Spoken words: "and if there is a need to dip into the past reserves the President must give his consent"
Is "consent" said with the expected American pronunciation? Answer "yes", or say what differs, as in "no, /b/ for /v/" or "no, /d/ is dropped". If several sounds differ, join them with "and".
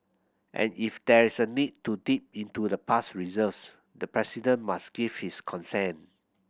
no, /t/ is dropped